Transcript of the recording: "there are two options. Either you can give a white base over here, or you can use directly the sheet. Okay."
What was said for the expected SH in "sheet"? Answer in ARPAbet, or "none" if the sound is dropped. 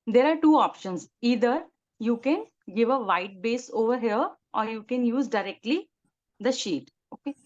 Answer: SH